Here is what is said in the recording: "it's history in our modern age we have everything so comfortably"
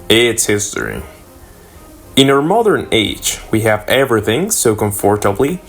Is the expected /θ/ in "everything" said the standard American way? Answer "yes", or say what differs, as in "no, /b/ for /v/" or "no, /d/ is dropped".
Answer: yes